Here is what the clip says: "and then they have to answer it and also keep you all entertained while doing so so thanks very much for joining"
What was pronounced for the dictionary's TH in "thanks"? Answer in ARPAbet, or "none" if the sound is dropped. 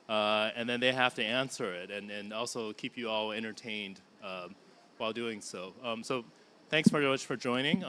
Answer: TH